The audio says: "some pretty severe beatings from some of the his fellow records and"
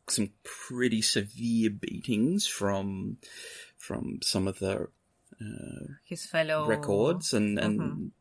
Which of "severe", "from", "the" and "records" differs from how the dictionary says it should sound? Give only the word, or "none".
none